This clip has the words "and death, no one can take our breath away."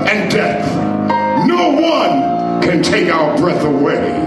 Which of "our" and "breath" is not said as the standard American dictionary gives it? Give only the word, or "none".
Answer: none